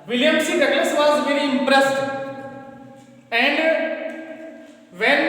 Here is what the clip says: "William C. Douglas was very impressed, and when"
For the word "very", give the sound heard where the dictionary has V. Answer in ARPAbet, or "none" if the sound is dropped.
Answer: V